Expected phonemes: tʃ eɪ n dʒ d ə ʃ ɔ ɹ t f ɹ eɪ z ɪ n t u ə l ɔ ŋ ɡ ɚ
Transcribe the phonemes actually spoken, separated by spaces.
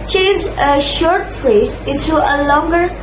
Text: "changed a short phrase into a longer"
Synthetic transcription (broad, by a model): tʃ eɪ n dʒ ə ʃ ɔ ɹ t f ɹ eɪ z ɪ n t u ə l ɔ ŋ ɡ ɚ